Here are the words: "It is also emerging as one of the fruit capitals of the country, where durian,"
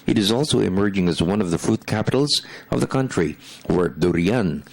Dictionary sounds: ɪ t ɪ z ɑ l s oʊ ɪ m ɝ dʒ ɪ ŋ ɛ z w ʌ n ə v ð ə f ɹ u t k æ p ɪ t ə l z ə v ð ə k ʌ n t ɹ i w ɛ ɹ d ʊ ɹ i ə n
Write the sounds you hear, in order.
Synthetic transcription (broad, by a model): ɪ t ɪ z ɑ l s oʊ ɪ m ɝ dʒ ɪ ŋ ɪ z w ʌ n ə v ð ə f ɹ u t k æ p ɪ t l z ə v ð ə k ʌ n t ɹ i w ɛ ɹ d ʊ ɹ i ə n